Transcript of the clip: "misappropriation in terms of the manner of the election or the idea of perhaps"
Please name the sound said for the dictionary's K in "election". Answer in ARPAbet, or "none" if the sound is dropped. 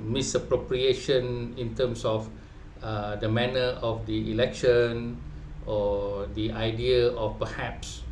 K